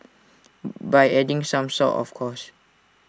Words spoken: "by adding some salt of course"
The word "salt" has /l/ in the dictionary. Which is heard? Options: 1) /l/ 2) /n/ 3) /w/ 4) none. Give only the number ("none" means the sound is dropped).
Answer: 4